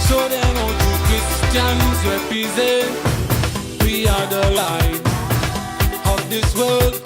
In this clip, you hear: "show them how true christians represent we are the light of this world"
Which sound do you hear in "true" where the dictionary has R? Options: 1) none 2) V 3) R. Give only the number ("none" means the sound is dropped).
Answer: 1